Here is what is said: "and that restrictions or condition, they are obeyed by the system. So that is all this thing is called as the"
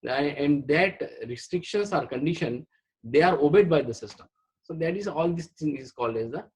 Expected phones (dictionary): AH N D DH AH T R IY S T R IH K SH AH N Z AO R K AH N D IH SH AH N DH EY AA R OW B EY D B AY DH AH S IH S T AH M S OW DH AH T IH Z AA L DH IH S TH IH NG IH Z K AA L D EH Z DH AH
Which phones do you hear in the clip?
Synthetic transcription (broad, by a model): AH N D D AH T R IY S T R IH K SH AH N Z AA R K AH N D IH SH AH N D EY AA R OW B EY D B AY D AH S IH S T AH M S OW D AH T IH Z AA L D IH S T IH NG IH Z K AA L D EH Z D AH